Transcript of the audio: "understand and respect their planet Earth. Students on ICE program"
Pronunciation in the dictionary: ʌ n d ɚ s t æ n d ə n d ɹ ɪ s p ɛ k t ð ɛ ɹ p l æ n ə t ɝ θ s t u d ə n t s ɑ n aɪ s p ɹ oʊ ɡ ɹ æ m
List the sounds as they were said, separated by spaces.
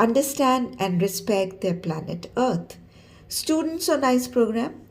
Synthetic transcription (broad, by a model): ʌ n d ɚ s t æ n d ə n d ɹ ɪ s p ɛ k t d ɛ ɹ p l æ n ə t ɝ t s t u d ə n t s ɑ n aɪ s p ɹ oʊ ɡ ɹ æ m